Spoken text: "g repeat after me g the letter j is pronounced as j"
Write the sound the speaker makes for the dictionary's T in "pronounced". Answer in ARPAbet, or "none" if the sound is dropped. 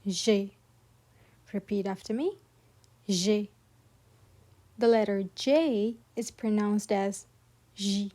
T